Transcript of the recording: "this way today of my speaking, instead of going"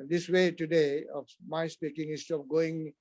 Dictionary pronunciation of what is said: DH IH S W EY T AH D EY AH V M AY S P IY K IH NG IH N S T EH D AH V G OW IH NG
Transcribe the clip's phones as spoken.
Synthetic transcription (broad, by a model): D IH S W EY T AH D EY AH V M AY S P IY K IH NG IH S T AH P G OW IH NG